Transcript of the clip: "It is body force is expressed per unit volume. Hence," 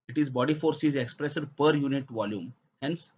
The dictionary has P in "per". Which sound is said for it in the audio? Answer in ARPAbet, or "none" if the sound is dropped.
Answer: P